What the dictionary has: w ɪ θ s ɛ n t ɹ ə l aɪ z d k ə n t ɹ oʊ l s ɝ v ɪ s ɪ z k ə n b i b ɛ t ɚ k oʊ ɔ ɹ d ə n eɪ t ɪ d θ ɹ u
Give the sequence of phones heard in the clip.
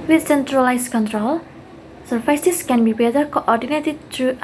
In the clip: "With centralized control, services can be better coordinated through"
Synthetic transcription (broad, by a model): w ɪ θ s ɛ n t ɹ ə l aɪ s k ə n t ɹ oʊ l s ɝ f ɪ s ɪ s k ə n b i b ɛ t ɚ k oʊ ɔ ɹ d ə n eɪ t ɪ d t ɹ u